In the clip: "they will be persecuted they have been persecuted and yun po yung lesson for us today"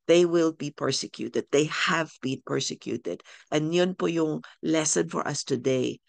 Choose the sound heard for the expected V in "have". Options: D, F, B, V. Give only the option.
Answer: V